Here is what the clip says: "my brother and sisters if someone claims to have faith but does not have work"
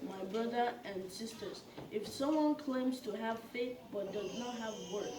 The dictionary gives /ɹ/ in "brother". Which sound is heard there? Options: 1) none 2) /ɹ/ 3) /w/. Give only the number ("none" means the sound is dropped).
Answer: 2